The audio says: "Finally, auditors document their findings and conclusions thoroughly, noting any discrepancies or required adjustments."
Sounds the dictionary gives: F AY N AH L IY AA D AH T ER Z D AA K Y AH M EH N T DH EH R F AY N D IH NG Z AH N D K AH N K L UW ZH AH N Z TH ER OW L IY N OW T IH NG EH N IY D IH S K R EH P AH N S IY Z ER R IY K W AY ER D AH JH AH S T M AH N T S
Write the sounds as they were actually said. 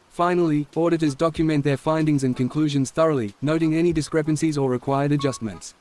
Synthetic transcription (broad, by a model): F AY N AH L IY AA D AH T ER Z D AA K Y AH M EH N DH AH R F AY N D IH NG Z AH N K AH N K L UW ZH AH N Z TH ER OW L IY N OW T IH NG EH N IY D IH S K R EH P AH N S IY Z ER R IY K W AY ER D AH JH AH S T M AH N T S